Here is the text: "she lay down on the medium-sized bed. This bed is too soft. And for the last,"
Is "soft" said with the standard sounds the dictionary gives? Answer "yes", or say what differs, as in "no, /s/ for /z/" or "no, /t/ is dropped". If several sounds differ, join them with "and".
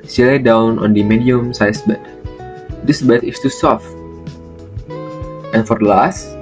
yes